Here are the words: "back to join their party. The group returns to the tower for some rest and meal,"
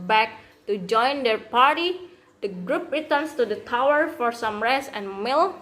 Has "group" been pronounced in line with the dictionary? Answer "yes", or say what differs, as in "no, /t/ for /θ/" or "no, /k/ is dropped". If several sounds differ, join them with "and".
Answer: yes